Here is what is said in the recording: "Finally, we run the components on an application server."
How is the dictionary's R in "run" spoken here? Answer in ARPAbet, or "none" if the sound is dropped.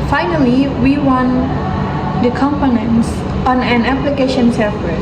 W